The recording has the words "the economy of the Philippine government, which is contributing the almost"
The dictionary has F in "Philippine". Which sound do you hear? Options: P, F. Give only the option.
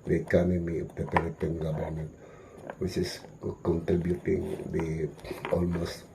P